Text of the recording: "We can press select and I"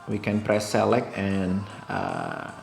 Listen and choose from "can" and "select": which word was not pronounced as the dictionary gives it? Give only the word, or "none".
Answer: select